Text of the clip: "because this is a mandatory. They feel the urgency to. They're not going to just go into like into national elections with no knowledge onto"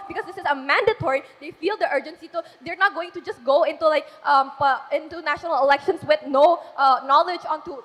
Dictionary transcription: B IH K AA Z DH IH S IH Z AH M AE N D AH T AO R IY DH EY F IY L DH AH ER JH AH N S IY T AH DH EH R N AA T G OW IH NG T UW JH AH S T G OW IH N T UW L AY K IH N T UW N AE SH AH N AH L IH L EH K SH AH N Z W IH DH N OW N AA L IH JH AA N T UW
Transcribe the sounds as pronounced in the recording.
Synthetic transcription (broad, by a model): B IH K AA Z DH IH S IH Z AH M AE N D AH T AO R IY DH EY F IY L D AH ER JH AH N S IY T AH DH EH R N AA T G OW IH NG T UW JH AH S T G OW IH N T UW L AY K IH N T UW N AE SH AH N AH L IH L EH K SH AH N S W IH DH N OW N AA L IH JH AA N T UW